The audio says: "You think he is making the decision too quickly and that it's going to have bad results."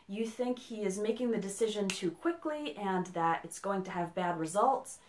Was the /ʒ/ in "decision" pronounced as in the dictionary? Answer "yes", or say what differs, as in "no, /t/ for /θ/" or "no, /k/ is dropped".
yes